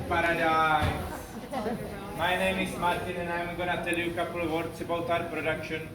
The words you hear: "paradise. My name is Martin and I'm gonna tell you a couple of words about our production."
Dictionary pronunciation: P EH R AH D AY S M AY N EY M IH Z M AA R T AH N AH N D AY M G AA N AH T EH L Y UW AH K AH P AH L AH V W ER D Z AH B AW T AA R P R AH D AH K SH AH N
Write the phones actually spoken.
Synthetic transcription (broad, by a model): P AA R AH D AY M AY N EY M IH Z M AA R T AH N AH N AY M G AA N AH T EH L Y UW AH K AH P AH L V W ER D S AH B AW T AA R P R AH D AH K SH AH N